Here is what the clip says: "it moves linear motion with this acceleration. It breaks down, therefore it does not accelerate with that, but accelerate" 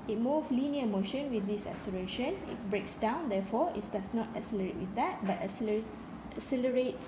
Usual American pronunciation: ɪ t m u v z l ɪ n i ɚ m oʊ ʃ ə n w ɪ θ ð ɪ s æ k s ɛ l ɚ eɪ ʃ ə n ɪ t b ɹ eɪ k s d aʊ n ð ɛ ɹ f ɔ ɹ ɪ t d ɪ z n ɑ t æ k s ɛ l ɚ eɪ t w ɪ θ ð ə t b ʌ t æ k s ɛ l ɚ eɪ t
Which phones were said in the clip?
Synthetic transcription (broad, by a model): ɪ t m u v l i n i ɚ m oʊ ʃ ə n w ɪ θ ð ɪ s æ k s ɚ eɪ ʃ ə n ɪ t b ɹ eɪ k s d aʊ n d ɛ f ɔ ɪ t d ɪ s n ɑ t æ k s ɛ l ɚ eɪ t w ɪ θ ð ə t b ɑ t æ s s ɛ l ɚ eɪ t